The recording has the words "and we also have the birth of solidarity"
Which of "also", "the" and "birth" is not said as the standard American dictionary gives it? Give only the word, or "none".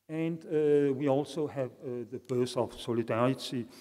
birth